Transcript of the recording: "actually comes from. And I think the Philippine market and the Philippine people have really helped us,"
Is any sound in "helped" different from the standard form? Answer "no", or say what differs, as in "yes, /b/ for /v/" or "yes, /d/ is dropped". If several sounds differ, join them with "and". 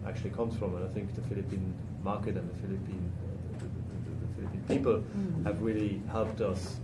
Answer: no